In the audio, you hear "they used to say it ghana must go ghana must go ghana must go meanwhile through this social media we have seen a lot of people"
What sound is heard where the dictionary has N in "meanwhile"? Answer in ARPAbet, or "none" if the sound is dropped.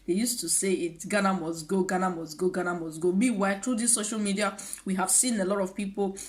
none